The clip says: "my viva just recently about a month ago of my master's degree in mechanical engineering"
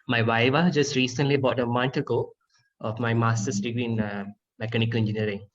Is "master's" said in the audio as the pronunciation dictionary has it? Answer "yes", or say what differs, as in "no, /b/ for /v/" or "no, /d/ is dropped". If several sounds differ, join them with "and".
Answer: no, /s/ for /z/